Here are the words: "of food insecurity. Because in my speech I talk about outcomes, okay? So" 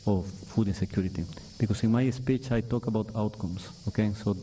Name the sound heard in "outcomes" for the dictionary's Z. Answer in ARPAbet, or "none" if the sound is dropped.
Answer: S